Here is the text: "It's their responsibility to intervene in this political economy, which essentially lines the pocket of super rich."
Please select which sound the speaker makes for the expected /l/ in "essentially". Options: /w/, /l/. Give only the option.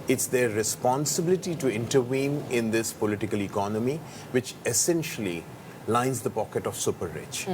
/l/